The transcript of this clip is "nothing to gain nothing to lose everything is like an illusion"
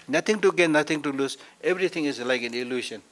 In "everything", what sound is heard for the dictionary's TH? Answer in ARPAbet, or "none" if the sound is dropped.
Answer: T